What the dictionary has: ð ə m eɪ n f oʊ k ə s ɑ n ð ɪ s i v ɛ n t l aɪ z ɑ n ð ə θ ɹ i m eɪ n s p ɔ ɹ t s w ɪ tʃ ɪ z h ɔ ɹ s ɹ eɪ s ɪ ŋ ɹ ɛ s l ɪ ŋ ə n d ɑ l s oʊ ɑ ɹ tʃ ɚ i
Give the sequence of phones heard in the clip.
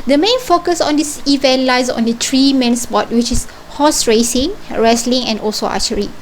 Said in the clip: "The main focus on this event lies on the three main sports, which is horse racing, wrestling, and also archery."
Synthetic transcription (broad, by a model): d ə m eɪ n f oʊ k ə s ɑ n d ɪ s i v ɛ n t l aɪ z ɑ n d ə t ɹ i m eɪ n s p ɔ t w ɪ tʃ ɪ s h ɔ s ɹ eɪ s ɪ ŋ ɹ ɛ s l ɪ ŋ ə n ɑ l s oʊ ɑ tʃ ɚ i